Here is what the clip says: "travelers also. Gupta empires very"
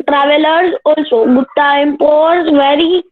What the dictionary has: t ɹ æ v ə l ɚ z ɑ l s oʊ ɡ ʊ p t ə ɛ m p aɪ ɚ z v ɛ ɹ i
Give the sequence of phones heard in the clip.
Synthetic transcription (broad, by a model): t ɹ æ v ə l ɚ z ɑ l s oʊ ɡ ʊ t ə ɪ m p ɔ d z v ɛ ɹ i